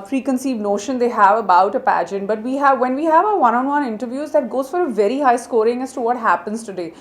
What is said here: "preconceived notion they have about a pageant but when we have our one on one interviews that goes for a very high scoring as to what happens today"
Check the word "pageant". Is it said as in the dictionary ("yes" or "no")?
yes